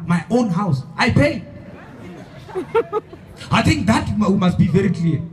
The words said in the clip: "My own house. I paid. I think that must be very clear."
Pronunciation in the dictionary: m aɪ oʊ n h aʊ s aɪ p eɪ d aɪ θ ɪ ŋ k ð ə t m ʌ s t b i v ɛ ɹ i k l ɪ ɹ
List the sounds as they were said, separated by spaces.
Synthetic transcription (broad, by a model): m aɪ oʊ n h aʊ s aɪ p eɪ aɪ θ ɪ ŋ k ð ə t m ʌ s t b i v ɛ ɹ i k l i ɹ